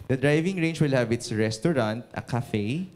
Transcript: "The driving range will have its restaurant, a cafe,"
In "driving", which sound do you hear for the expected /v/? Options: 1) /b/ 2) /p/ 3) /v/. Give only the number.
3